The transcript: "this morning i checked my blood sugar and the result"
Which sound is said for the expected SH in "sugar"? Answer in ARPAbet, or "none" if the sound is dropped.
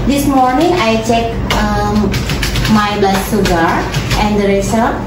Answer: S